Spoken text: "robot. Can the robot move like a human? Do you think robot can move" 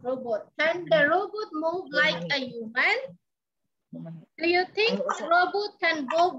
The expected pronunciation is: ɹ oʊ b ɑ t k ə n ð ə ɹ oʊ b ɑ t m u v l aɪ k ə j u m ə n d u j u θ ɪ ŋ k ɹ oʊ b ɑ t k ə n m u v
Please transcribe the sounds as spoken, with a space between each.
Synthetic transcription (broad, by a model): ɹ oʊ b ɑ t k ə n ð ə ɹ oʊ b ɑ t m u v l aɪ k ə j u m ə n d u j u t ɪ ŋ k ɹ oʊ b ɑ t k ə n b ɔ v